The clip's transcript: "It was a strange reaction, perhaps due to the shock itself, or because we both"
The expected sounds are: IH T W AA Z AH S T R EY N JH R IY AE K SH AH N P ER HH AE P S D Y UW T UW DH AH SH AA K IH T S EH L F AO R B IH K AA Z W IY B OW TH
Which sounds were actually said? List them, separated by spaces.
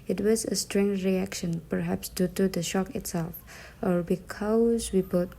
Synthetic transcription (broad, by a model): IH T W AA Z AH S T R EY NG R IY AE K SH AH N P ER HH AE P S D Y UW T UW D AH SH AA K IH T S EH L F AO R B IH K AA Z W IY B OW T